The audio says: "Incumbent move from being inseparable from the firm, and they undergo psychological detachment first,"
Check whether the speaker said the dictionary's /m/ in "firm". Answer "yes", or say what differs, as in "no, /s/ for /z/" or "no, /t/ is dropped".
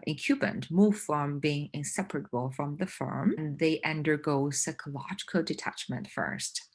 yes